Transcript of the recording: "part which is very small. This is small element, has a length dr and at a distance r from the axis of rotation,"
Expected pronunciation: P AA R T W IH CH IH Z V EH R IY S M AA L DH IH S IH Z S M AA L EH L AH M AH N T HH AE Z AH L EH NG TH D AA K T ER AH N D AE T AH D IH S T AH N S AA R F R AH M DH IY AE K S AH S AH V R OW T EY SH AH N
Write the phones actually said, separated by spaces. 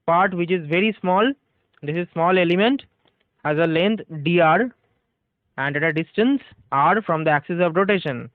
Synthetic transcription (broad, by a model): P AA R T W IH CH IH Z V EH R IY S M AA L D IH S IH Z S M AA L EH L AH M AH N T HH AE Z AH L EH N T D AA T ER AH N D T AH D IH S T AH N S AA R F R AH M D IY AE K S AH S AH V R OW T EY SH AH N